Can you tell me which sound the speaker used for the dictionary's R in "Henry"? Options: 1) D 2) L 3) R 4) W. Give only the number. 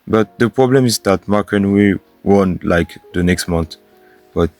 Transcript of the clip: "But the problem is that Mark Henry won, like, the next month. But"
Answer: 4